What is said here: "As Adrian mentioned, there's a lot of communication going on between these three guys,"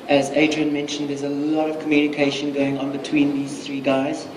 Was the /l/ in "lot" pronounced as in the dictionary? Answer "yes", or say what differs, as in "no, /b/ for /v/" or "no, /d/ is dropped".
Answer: yes